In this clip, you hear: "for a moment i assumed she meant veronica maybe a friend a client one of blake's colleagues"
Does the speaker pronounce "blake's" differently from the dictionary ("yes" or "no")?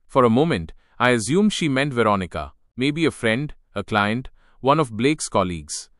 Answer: no